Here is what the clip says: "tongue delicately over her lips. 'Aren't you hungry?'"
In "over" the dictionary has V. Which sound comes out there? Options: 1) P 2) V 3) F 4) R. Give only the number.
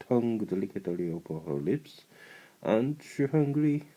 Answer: 1